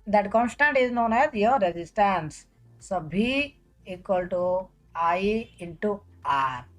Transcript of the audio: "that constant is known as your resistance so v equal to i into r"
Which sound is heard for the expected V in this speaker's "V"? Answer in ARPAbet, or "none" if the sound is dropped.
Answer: B